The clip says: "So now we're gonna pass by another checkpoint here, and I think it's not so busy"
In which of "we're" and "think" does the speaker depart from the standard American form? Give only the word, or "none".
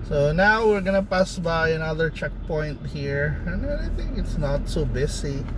none